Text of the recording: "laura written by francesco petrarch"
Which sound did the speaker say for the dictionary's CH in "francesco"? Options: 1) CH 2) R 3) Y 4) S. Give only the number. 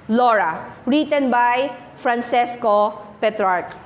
4